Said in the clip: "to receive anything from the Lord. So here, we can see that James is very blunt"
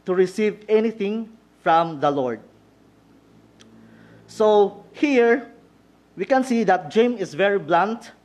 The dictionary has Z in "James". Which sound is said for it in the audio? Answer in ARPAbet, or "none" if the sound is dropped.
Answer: none